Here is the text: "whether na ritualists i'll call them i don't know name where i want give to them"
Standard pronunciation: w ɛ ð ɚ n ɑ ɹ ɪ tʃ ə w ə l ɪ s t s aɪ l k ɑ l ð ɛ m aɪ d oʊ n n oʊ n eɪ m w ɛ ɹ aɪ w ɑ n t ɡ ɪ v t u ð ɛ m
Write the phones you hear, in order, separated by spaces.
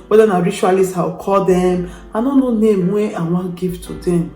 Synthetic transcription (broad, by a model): w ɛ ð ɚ n ɑ ɹ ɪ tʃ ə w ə l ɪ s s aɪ w k ɑ l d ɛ m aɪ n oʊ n n oʊ n eɪ m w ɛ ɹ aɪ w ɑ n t ɡ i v t u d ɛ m